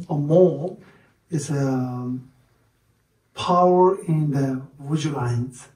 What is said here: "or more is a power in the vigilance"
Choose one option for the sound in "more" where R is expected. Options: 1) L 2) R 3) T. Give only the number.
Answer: 1